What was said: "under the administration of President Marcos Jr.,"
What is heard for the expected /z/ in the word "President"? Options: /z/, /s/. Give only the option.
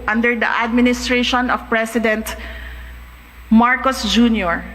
/s/